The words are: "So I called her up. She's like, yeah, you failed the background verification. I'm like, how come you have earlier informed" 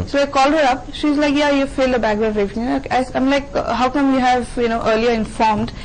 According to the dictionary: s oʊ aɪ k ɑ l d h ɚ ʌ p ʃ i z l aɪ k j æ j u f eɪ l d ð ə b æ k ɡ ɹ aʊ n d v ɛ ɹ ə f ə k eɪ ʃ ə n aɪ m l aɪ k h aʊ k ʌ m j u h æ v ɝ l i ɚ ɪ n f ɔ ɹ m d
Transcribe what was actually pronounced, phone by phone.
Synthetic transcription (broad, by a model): s oʊ aɪ k ɑ l d h ɚ ʌ p ʃ i z l aɪ k j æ j u f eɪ l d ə b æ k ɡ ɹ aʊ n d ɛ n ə ə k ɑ ə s aɪ m l aɪ k h aʊ k ʌ m j u h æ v ɝ l i ɚ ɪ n f ɔ ɹ m d